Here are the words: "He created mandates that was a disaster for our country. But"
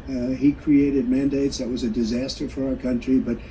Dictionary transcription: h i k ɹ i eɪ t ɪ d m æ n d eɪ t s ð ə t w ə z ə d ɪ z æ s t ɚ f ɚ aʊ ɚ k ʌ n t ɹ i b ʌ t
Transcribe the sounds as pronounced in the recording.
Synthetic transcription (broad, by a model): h i k ɹ i eɪ t ɪ d m æ n d eɪ t s ð ə t w ə z ə d ɪ z æ s t ɚ f ɚ aʊ ɚ k ʌ n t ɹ i b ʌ t